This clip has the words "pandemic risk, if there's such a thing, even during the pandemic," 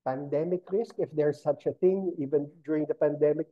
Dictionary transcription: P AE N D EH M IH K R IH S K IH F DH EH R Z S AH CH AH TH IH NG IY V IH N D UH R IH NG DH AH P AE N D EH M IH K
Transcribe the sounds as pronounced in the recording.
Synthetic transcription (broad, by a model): P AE N D EH M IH K R IH S K IH F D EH R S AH CH AH TH IH NG IY V IH N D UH R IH NG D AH P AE N D EH M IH K